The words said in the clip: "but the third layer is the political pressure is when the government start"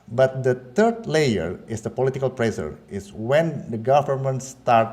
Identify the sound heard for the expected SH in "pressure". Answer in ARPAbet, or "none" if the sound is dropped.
S